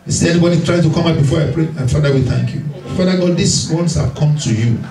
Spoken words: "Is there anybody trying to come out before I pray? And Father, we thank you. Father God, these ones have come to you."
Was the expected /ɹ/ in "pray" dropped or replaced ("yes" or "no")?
no